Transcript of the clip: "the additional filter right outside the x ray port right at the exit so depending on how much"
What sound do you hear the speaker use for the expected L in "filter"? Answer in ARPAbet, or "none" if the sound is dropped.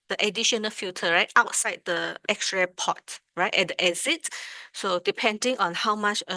none